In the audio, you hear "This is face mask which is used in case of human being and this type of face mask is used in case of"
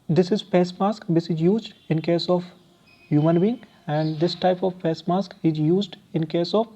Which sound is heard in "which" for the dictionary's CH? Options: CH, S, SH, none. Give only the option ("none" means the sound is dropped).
S